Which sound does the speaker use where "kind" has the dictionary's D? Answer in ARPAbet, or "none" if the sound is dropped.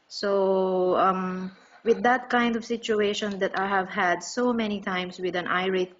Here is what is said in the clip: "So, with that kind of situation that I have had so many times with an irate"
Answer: D